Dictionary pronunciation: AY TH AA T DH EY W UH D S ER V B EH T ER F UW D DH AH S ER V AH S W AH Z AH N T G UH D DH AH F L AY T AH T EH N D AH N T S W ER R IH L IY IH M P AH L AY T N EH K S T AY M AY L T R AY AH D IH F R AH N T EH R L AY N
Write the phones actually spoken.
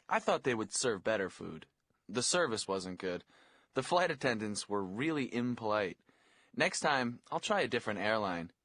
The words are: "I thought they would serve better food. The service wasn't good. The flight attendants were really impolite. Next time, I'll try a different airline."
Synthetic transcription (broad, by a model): AY TH AA T DH EY W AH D S ER V B EH T ER F UW D DH AH S ER V AH S W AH Z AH N G UH D DH AH F L AY T AH T EH N D AH N T S W ER R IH L IY IH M P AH L AY T N EH K S T AY M AY L T R AY AH D IH F R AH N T EH R L AY N